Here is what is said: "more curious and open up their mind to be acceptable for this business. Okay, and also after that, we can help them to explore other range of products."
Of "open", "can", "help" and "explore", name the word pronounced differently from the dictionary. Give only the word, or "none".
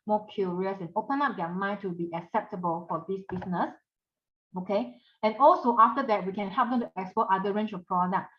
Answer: explore